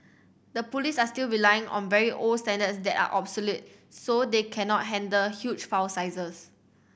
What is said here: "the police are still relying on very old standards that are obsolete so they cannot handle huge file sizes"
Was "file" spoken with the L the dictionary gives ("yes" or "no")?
no